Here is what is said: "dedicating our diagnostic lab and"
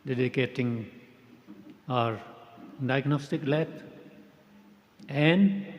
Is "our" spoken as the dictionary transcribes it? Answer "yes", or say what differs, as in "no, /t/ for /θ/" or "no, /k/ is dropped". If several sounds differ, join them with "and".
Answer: yes